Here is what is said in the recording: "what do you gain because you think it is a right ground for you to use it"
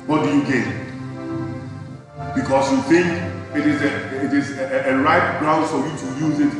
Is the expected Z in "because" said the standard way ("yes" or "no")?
no